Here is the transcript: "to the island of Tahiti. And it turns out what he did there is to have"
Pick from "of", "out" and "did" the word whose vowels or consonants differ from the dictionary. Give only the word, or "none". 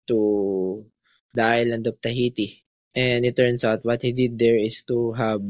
of